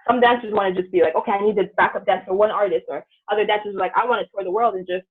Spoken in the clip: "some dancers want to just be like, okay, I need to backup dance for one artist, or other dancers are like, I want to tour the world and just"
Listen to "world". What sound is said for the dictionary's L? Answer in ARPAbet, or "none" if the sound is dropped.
L